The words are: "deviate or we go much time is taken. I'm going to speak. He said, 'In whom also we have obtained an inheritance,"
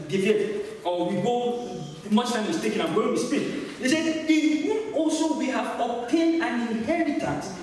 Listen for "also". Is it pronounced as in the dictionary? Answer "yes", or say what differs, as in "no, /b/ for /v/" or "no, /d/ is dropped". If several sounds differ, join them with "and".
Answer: yes